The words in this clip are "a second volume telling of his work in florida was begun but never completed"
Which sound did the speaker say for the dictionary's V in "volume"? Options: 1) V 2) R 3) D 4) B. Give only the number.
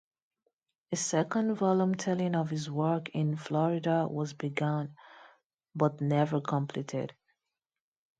1